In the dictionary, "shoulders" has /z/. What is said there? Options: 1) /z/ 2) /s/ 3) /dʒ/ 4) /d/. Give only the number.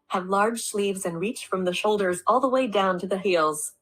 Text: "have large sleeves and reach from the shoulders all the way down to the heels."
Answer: 1